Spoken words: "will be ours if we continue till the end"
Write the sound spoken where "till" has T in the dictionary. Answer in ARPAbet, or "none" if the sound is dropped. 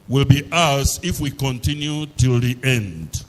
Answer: T